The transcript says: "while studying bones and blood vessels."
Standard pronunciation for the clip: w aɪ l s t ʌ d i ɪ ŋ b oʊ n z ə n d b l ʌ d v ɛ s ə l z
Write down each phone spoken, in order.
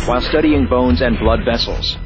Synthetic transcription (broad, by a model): w aɪ l s t ʌ d i ɪ ŋ b oʊ n z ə n b l ʌ d v ɛ s l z